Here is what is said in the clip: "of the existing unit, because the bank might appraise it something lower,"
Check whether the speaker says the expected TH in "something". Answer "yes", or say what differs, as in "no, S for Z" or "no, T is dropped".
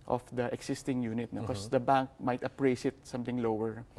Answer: no, T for TH